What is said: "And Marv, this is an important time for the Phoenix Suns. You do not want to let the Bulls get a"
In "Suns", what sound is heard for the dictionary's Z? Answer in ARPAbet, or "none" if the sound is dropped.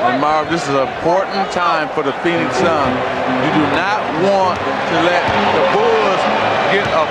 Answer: none